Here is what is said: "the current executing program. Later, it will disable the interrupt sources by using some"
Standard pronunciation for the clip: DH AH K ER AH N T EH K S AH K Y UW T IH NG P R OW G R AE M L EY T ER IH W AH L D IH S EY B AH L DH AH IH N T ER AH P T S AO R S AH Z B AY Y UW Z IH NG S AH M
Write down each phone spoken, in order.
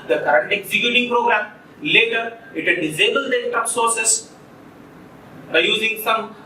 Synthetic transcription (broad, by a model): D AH K ER AH N T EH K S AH K Y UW T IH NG P R OW G R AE M L EY T ER IH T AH N D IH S EY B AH L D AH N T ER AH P S AO R S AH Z B AY Y UW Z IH NG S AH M